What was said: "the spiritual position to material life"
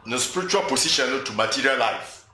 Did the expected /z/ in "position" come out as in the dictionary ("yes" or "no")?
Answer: no